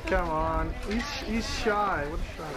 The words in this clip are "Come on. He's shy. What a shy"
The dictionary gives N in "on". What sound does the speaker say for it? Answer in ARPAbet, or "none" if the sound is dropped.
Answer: N